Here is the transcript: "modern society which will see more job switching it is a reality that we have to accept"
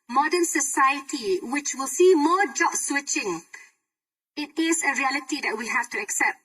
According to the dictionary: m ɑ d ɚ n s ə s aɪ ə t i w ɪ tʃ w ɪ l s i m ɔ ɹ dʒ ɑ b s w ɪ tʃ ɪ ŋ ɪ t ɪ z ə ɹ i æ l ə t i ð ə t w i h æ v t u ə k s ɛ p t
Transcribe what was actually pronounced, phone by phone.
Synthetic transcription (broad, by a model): m ɑ d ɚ n s ə s aɪ ə t i w ɪ tʃ w ɪ l s i m ɔ dʒ ɑ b s w ɪ tʃ ɪ ŋ ɪ t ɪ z ə ɹ i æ l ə t i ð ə t w i h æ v t u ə k s ɛ p t